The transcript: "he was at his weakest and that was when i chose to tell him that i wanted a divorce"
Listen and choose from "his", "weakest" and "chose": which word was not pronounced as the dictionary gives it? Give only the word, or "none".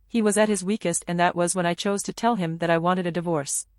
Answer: none